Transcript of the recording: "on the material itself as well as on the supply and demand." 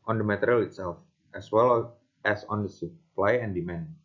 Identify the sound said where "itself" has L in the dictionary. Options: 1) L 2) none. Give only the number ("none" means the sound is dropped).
1